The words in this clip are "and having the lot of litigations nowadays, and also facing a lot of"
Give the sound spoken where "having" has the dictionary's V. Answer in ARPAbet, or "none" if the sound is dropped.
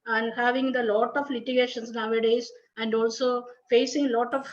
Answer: V